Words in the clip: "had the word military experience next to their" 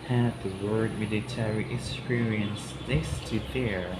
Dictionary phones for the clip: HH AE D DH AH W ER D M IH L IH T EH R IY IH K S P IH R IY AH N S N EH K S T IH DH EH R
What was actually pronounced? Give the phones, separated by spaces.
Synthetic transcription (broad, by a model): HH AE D DH AH W ER D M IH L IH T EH R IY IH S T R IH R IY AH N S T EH S T IH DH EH R